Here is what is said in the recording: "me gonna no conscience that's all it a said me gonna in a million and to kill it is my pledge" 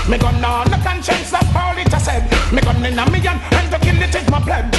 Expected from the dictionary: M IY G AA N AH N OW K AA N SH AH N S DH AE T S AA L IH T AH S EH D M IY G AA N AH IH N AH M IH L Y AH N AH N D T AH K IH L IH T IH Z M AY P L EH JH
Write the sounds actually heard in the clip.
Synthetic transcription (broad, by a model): M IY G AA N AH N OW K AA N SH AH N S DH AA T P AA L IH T AH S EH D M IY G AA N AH IH N AH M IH Y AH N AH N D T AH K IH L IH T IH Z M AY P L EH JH